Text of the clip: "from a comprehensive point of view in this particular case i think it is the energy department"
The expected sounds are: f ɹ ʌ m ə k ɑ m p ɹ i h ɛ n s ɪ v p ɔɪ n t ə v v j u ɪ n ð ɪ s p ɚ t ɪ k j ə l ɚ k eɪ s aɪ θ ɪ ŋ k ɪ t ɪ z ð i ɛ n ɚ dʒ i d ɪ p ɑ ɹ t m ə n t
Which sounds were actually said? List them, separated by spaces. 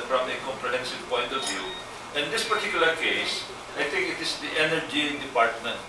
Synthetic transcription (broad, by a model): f ɹ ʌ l ə k ɑ m p ɹ i h ɛ n s ɪ v p ɔɪ n t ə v v j u ɪ n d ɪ s p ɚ t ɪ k j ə l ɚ k eɪ s aɪ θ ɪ ŋ k ɪ t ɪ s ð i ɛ n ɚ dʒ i d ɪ p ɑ ɹ t m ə n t